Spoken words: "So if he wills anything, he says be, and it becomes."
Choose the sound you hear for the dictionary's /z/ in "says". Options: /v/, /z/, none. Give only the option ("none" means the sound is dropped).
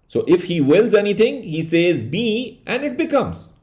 /z/